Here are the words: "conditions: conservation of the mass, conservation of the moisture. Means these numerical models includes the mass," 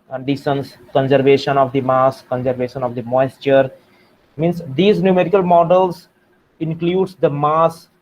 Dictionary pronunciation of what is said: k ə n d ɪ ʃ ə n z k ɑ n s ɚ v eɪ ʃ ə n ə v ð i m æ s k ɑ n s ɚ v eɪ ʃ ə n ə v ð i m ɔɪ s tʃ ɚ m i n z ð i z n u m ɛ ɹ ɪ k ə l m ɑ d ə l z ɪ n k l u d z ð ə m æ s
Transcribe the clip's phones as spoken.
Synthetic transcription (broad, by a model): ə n d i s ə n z k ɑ n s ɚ v eɪ ʃ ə n ə v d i m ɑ s k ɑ n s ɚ v eɪ ʃ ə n ə v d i m ɔɪ s tʃ ɚ m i n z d i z n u m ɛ ɹ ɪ k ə l m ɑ d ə l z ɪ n k l u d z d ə m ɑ s